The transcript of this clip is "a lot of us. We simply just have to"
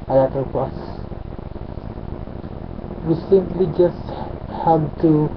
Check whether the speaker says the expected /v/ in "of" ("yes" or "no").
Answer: no